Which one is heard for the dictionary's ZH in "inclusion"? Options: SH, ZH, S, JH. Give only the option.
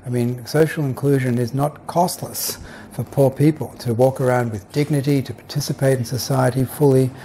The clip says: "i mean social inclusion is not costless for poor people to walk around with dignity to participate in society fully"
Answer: ZH